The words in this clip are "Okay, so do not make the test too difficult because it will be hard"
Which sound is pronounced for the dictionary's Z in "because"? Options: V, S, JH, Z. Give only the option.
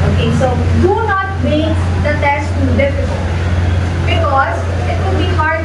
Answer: Z